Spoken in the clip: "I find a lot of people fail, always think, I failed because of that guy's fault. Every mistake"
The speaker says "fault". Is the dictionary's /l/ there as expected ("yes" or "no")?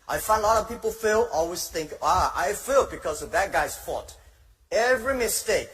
no